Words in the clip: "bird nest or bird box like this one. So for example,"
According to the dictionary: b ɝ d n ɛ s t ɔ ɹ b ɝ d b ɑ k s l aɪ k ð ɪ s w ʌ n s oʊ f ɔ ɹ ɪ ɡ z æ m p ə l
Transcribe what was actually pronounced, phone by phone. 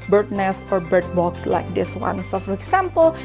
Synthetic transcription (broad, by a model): b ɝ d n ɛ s ɔ ɹ b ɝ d b ɑ k s l aɪ k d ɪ s w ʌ n s oʊ f ɔ ɹ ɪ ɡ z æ m p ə l